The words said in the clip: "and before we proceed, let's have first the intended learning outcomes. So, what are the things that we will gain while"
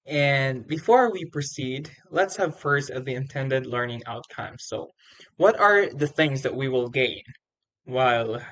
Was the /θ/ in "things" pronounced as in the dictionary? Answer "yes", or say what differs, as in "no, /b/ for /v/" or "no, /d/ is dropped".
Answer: yes